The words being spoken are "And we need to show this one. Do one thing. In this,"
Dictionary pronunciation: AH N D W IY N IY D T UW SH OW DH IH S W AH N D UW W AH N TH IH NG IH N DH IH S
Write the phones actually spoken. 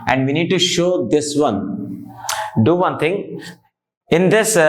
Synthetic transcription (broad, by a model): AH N D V IY N IY D T UW SH OW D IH S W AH N D UW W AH N T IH NG IH N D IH S